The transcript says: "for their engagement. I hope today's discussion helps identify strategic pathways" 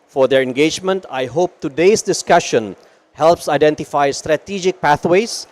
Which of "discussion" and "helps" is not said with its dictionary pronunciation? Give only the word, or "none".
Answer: none